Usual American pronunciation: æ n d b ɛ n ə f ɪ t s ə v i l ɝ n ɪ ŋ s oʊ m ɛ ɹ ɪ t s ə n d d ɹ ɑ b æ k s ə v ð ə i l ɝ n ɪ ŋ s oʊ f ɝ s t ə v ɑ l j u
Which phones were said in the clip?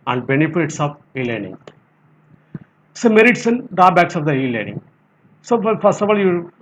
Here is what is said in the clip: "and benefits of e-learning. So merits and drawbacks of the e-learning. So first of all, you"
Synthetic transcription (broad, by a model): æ n d b ɛ n ə f ɪ t s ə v i l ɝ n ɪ ŋ s oʊ m ɛ ɹ ɪ t s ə n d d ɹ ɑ b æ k s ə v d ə i l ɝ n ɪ ŋ s oʊ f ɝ s t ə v ɑ l j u